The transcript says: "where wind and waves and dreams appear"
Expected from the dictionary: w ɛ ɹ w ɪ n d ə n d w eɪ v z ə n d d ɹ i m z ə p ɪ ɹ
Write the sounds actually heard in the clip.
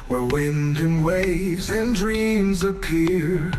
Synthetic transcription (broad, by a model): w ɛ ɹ w ɪ n d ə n w eɪ v z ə n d d ɹ i m z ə p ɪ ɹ